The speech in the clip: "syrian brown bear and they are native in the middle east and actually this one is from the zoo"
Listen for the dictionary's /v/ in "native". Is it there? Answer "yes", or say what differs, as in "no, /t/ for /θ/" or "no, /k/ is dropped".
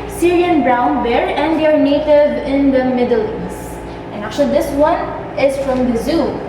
yes